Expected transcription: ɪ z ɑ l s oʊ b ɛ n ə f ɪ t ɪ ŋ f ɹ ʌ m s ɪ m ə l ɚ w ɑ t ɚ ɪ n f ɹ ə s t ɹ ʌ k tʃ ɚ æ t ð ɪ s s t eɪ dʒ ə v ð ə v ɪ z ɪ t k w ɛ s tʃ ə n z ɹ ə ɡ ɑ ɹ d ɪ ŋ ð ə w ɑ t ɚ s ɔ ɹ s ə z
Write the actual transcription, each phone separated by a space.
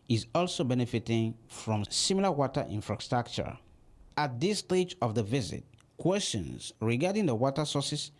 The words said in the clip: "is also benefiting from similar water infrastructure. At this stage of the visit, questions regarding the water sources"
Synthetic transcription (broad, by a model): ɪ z ɑ l s oʊ b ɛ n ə f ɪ t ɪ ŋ f ɹ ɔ m s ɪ m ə l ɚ w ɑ t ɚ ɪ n f ɹ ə s t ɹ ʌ k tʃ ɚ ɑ t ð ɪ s s t eɪ dʒ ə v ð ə v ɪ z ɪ t k w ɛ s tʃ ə n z ɹ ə ɡ ɑ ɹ d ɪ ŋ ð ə w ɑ t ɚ s ɔ s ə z